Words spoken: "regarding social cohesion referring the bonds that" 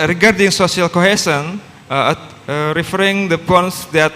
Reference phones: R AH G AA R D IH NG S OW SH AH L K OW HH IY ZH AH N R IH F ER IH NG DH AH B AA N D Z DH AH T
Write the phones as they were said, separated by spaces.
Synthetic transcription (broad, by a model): R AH G AA R D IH NG S OW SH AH L K OW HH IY S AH N R IH F ER IH NG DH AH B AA N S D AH T